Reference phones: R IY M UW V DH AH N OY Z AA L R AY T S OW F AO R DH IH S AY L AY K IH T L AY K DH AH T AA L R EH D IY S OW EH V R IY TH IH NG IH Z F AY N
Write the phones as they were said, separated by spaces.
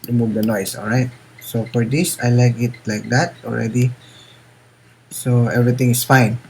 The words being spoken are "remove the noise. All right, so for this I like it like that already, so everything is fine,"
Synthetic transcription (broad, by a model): R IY M UW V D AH N OY S AA L R AY T S OW F AO R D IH S AY L AY K IH T L AY K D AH T AA L R EH D IY S OW EH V R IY T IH NG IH S F AY N